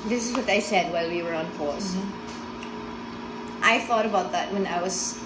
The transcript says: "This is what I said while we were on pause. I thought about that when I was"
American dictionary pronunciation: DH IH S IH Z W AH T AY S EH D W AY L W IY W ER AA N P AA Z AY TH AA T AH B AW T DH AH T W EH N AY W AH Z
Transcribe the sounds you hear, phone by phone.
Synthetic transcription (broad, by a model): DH IH S IH Z W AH T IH S EH D W AY L W IY W ER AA N F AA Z AY TH AA T AH B AW T DH AH T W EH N AY W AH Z